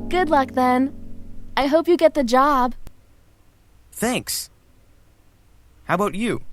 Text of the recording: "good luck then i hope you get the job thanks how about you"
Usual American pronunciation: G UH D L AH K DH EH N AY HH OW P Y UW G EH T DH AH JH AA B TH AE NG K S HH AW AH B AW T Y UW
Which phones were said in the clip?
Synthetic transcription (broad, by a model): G UH D L AH K DH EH N AY HH OW P Y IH G EH T DH AH JH AA B TH AE NG K S HH AW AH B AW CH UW